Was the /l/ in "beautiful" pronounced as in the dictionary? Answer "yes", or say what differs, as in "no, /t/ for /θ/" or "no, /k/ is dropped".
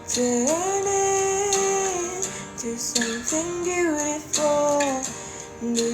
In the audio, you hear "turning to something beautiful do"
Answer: no, /n/ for /l/